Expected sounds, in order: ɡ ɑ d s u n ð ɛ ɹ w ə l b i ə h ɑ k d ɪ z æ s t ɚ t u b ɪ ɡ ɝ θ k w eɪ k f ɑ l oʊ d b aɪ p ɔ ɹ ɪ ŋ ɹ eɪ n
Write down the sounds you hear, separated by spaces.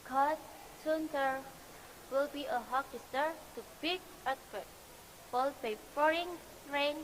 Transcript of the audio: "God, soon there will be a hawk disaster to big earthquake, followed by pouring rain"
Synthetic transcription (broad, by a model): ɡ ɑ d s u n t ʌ ɹ w ə l b i ə h ɑ k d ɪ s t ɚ t u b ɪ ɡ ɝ t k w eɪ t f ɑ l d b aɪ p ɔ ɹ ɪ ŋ ɹ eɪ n